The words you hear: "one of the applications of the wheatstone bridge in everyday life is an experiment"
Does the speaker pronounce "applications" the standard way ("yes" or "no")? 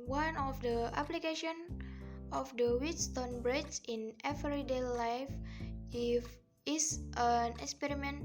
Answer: no